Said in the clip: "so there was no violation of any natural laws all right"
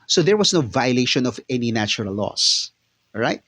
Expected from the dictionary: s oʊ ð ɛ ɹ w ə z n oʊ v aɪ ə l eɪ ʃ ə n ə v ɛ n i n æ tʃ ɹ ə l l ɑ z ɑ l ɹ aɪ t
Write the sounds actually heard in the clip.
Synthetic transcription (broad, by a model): s oʊ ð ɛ ɹ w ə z n oʊ v aɪ ə l eɪ ʃ ə n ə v ɛ n i n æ tʃ ə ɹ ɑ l ɑ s ɹ aɪ t